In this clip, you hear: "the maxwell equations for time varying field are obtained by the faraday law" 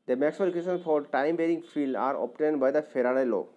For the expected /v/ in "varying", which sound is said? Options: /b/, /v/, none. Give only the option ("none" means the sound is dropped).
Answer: /b/